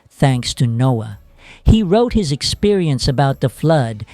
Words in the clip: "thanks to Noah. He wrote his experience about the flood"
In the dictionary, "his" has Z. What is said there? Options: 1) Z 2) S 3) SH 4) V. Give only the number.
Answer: 1